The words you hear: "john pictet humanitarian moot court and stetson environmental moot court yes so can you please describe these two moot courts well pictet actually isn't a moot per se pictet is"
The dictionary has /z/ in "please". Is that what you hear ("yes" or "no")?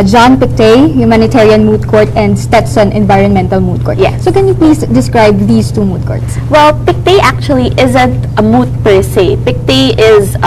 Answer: no